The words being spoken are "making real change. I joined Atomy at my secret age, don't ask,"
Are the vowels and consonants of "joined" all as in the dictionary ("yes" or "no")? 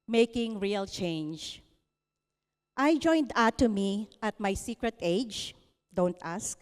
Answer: yes